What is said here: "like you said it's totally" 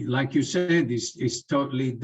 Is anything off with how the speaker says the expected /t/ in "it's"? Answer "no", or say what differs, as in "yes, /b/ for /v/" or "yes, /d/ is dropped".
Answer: yes, /s/ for /t/